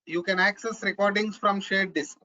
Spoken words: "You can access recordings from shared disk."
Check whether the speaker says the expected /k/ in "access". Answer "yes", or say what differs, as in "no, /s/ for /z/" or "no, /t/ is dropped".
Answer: yes